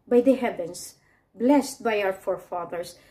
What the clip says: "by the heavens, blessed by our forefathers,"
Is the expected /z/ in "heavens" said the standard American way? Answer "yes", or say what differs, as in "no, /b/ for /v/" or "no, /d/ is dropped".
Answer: no, /s/ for /z/